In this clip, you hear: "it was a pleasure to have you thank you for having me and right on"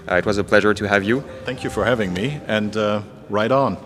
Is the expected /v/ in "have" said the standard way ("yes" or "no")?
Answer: yes